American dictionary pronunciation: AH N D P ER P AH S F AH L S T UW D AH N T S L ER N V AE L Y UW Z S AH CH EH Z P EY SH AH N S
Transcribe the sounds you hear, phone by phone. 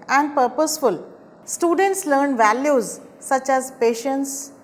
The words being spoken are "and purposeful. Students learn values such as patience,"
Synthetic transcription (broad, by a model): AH N D P ER P AH S F AH L S T UW D AH N T S L ER N V AE L Y UW Z S AH CH EH Z P EY SH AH N S